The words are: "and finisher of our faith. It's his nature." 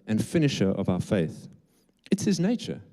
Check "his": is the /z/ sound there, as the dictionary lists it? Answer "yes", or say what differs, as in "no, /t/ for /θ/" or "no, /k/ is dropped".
yes